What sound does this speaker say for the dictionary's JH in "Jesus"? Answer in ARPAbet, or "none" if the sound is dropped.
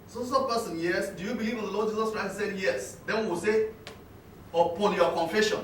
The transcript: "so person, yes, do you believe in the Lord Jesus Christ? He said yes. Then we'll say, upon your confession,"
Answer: JH